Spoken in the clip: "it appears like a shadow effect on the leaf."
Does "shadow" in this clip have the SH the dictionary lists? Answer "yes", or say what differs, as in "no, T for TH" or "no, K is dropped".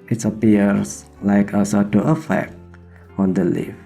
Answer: no, S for SH